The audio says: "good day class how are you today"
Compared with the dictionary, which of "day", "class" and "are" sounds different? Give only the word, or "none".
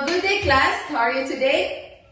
none